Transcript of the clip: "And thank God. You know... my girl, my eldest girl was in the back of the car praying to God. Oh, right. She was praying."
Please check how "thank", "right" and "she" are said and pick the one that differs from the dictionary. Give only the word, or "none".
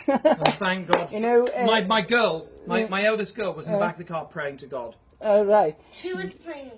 none